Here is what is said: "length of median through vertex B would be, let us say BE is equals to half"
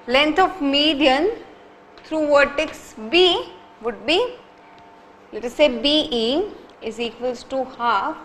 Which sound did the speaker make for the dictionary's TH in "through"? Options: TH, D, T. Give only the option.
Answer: T